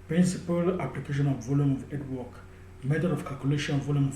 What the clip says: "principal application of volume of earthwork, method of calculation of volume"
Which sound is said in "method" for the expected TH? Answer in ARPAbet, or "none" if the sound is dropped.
T